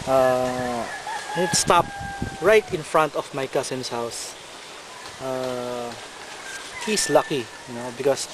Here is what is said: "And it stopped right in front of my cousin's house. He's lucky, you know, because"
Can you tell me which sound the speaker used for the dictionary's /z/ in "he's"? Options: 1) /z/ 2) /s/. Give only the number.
2